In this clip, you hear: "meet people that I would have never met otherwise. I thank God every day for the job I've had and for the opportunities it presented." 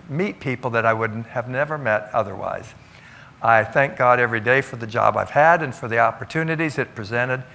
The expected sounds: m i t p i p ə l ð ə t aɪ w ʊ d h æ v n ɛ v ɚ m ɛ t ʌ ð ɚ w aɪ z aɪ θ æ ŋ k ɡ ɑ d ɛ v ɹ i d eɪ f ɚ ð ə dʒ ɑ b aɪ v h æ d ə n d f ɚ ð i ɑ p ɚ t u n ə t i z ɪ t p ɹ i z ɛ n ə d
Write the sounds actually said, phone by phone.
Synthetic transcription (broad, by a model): m i t p i p l ð ə t aɪ w ʊ d h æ v n ɛ v ɚ m ɛ t ʌ ð ɚ w aɪ z aɪ θ æ ŋ k ɡ ɑ d ɛ v ɹ i d eɪ f ɚ ð ə dʒ ɑ b aɪ v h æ d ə n f ɚ ð i ɑ p ɚ t u n ə t i z ɪ t p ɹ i z ɛ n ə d